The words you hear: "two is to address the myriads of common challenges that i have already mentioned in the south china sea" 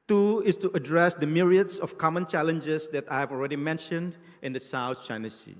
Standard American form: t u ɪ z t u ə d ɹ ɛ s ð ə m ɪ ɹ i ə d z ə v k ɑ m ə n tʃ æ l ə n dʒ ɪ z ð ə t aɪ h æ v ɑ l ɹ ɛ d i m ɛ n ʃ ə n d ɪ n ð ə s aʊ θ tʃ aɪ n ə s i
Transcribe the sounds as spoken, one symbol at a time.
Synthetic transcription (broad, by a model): t u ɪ s t u ə d ɹ ɛ s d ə m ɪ ɹ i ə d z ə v k ɑ m ə n tʃ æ l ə n dʒ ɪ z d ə t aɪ h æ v ɑ l ɹ ɛ d i m ɛ n ʃ ə n d ɪ n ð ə s aʊ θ tʃ aɪ n ə s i